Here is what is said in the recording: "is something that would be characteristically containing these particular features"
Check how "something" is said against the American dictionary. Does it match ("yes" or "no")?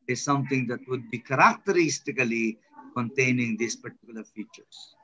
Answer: no